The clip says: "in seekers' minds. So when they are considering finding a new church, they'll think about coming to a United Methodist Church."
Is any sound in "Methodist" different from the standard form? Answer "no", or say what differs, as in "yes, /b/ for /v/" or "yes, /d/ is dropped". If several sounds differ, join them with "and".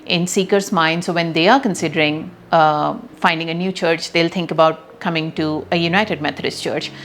yes, /t/ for /θ/